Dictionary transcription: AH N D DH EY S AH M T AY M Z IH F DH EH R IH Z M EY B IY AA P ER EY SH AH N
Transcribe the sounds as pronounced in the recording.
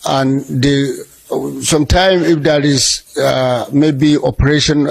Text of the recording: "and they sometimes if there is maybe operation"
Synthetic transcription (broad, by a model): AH N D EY S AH M T AY M IH F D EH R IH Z M EY B IY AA P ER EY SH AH N